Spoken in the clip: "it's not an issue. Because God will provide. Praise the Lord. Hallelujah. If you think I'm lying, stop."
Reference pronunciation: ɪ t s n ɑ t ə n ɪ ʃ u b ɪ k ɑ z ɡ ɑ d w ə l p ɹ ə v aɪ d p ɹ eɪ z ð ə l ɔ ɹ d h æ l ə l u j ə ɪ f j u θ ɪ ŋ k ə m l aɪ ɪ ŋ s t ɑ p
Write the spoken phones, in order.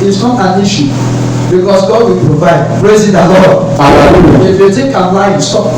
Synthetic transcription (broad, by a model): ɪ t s n ɑ t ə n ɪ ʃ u b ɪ k ɑ s ɡ ɑ d w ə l p ɹ ə v aɪ d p ɹ eɪ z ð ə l ɔ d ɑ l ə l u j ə ɪ f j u t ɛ k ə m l aɪ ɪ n s t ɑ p